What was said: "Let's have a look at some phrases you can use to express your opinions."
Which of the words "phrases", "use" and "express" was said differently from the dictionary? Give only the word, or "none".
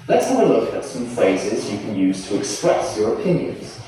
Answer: none